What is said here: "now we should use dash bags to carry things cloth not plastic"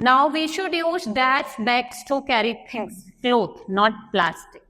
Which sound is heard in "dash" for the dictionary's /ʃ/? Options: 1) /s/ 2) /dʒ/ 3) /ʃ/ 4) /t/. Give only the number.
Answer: 1